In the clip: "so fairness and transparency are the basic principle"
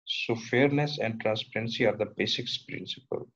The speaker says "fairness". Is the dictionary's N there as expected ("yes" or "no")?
yes